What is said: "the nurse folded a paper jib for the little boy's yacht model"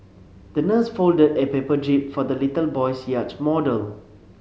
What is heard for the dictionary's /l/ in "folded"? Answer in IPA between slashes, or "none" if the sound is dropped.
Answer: /l/